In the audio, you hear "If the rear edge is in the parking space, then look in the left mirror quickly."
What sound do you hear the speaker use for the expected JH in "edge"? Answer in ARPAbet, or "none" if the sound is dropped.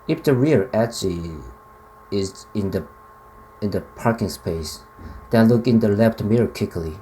CH